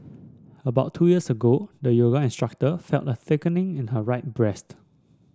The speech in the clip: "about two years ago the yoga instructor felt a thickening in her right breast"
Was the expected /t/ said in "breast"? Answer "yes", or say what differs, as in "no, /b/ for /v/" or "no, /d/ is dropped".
yes